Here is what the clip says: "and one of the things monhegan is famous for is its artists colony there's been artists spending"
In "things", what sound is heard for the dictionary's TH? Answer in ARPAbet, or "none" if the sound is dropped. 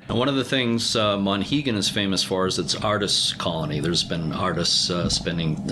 TH